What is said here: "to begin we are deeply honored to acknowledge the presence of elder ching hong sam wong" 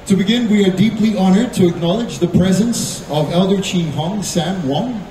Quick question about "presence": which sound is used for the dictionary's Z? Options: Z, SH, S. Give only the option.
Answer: Z